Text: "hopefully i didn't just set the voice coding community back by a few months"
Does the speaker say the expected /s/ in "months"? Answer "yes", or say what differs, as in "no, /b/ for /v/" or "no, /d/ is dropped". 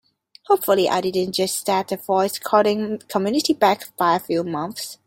yes